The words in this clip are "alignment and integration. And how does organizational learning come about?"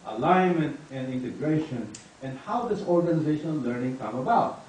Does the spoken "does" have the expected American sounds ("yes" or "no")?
no